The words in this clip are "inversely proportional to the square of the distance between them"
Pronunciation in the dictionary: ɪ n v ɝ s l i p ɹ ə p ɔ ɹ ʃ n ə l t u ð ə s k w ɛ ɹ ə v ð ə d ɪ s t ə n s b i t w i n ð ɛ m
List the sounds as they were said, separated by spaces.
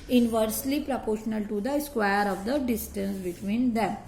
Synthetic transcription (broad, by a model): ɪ n v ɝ s l i p ɹ ə p ɔ ɹ ʃ n ə l t u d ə s k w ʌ ɹ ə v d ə d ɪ s t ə n s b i t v i n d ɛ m